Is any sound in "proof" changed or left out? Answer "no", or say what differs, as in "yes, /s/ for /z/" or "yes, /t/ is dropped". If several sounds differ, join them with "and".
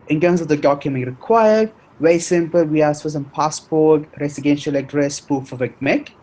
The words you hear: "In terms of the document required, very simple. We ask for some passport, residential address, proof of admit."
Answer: yes, /ɹ/ is dropped